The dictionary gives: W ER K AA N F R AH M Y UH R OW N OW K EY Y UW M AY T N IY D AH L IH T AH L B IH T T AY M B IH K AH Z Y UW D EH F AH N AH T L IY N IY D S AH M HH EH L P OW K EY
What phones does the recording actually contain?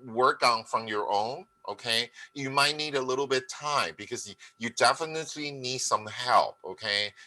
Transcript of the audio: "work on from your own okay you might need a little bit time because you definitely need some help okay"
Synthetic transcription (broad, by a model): W ER K N F R AH M Y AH R OW N OW K EY Y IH M AY T N IY D AH L IH T L B IH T T AY M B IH K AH Z Y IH D EH F AH N AH T L IY N IY D S AH M HH EH L P OW K EY